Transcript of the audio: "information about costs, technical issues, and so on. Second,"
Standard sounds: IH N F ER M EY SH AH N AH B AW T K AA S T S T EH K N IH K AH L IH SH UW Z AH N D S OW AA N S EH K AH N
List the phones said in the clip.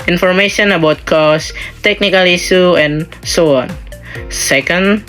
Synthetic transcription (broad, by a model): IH N F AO M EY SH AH N AH B AW T K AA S S T EH K N IH K AH L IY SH UW AH N S OW AA N S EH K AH N